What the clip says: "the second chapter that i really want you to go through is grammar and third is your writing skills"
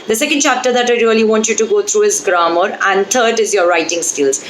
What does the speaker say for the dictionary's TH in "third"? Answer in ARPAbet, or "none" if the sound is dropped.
T